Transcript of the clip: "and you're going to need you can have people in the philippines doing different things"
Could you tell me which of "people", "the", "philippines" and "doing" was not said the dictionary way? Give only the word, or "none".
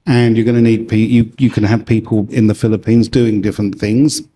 none